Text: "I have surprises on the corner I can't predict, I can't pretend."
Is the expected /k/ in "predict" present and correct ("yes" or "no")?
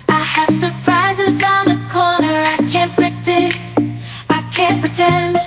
no